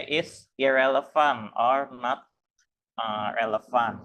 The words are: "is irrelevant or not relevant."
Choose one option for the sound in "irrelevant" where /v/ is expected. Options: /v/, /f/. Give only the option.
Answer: /f/